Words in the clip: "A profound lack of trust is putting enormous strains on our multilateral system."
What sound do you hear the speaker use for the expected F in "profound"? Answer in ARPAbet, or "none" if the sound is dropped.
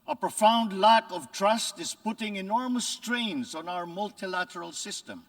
F